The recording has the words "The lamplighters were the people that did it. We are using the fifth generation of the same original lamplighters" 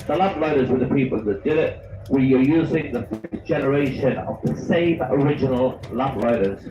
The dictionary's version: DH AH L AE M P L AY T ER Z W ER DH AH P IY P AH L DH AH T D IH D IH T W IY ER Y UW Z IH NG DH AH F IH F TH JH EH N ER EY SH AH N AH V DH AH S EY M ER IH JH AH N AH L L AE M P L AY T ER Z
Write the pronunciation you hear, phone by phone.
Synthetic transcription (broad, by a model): DH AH L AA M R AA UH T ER Z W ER DH AH P IY P AH L DH AH T D IH D IH T W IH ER Y UW Z IH NG DH AH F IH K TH JH EH N ER EY SH AH N AH V DH AH S EY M ER IH JH AH N AH L L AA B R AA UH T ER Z